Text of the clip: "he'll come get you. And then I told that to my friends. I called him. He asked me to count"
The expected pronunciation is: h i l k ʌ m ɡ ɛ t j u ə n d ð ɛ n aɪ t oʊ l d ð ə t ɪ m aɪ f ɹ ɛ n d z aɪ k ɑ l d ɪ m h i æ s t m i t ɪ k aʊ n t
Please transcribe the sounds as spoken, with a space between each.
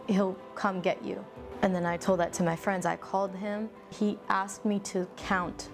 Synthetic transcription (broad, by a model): h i l k ʌ m ɡ ɛ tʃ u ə n ð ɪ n aɪ t oʊ l d ð ə t ɪ m aɪ f ɹ ɛ n d z aɪ k ɑ l d ɪ m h i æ s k m i t ɪ k aʊ n t